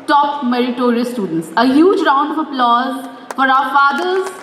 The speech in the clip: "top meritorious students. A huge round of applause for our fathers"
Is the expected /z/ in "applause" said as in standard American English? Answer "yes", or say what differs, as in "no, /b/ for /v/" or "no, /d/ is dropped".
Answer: yes